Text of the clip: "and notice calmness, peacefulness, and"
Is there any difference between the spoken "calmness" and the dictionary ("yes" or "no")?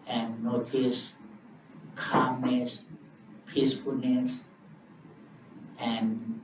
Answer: yes